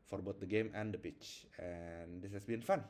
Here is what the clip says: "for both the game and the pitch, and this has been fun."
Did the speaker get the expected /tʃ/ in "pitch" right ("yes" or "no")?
yes